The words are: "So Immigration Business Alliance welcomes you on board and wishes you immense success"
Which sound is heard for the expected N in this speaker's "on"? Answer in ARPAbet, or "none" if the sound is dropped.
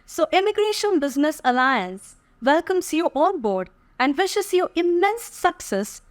L